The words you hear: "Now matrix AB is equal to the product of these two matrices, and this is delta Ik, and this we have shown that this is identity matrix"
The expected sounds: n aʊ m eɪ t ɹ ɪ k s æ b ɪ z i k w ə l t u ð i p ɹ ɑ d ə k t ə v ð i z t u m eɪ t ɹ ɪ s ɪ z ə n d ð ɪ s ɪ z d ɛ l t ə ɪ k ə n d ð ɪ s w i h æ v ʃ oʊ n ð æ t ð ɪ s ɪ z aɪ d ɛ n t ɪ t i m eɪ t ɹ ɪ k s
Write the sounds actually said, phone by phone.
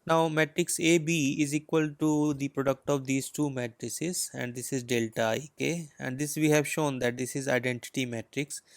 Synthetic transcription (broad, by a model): n aʊ m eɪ t ɹ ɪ k s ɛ b ɪ z i k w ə l t u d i p ɹ ɑ d ə k t ə v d i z t u m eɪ t ɹ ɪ s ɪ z ə n d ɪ s ɪ z d ɛ l t ə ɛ k ə n d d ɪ s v i h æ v ʃ oʊ n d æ t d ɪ s ɪ z aɪ d ɛ n t ɪ t i m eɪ t ɹ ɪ k s